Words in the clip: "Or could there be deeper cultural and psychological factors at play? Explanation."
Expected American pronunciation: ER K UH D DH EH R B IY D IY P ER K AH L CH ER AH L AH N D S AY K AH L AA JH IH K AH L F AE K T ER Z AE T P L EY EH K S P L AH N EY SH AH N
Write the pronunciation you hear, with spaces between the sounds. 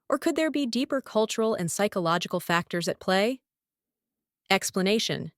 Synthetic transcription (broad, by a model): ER K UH D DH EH R B IY D IY P ER K AH L CH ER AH L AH N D S AY K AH L AA JH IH K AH L F AE K T ER Z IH T P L EY EH K S P L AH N EY SH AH N